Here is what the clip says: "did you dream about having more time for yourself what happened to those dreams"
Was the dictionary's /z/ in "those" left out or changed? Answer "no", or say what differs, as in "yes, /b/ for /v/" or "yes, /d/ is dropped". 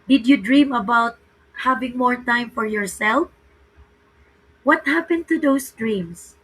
yes, /s/ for /z/